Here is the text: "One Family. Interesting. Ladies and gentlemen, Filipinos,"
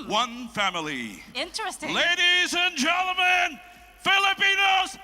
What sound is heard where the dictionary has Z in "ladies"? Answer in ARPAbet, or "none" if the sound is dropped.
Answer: Z